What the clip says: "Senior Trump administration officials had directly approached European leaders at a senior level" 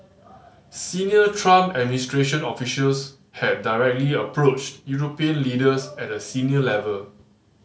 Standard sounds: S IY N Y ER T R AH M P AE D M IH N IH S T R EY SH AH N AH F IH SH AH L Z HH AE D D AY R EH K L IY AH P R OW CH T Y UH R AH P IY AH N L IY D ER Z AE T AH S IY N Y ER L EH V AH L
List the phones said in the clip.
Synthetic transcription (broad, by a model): S IY N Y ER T R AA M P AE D M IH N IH S T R EY SH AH N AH F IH SH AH L S HH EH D D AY R EH K L IY AH P R OW CH T Y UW R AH P IY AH N L IY D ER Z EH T AH S IY N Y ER L EH V AH L